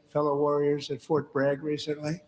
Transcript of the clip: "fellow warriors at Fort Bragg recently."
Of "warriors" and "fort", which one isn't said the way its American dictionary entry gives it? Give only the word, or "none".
none